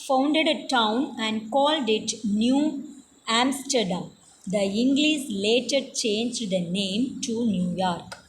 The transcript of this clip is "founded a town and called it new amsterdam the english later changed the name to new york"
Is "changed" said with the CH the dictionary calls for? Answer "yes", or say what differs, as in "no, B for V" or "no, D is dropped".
yes